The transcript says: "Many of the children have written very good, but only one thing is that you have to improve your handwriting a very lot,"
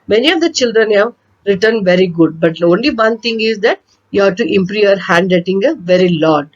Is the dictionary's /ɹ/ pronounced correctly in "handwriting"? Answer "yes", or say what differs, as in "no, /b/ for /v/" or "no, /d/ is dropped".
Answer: no, /ɹ/ is dropped